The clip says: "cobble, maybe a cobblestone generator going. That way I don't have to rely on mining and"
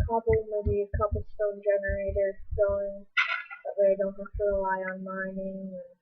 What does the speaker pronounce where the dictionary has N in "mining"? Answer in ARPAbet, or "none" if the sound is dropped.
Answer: N